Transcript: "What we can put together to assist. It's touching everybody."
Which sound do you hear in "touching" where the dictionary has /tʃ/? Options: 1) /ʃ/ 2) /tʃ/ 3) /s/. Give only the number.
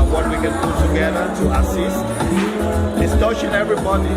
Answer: 1